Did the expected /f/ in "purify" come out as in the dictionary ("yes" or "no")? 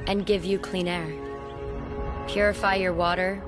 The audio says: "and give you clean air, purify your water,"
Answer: yes